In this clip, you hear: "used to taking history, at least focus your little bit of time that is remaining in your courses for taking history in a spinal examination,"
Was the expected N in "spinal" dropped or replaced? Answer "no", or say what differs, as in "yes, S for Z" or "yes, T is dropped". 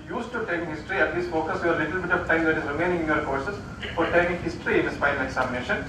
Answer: yes, N is dropped